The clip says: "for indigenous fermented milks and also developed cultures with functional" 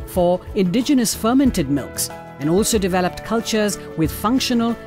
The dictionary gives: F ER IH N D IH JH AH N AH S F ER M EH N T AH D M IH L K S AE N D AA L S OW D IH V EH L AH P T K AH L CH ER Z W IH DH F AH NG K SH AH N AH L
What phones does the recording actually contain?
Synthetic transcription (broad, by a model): F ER IH N D IH JH AH N AH S F ER M EH N T AH D M IH L K S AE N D AA L S OW D IH V EH L AH P T K AH L CH ER Z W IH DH F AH NG K SH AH N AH L